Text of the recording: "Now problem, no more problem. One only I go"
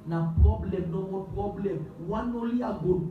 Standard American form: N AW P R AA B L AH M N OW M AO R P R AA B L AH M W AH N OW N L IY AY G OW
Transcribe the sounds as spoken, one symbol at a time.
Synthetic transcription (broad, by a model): N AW P R AA B L AH M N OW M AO P R AA B L AH M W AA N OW L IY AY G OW